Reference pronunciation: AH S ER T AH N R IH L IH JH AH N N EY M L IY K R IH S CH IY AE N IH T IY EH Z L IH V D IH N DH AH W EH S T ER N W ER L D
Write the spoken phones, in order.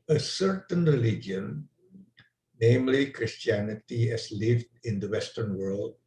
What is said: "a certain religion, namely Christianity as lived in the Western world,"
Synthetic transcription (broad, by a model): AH S ER T AH N R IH L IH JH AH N N EY M L IY K R IH S CH IY AE N IH T IY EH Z L IH V D IH N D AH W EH S T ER N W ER L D